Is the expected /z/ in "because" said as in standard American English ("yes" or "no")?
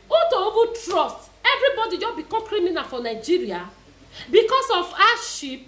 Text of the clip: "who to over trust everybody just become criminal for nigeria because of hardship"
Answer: no